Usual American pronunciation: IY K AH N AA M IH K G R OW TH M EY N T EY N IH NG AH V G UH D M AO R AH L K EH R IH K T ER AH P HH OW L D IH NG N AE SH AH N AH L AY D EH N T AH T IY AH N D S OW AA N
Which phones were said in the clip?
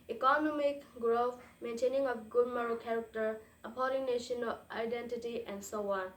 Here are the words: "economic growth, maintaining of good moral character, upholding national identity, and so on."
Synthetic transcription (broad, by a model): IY K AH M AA M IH K G R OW F M EY N T EY N IH NG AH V G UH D M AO R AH K EH R IH K T ER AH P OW D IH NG N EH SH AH N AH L AY D EH N T AH T IY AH N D S OW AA N